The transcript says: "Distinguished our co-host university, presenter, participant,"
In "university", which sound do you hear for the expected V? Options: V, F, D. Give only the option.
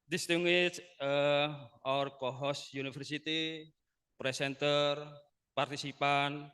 F